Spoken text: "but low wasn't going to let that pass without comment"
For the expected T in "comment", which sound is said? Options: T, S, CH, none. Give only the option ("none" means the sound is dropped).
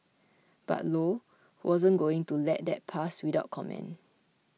none